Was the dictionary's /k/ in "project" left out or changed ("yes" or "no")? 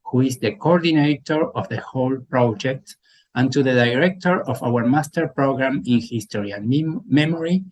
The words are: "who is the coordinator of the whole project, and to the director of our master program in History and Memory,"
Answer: no